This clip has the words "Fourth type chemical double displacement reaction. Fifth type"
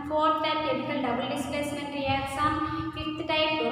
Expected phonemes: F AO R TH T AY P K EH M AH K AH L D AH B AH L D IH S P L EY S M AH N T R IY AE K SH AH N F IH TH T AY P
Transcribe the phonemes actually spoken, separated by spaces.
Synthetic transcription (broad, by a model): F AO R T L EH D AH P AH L D AH B AH L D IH S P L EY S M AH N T R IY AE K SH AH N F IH T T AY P